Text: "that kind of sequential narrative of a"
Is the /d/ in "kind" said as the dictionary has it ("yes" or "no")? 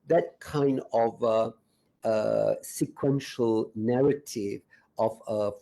yes